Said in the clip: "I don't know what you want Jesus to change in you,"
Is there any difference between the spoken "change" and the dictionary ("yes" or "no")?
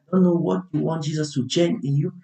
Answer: yes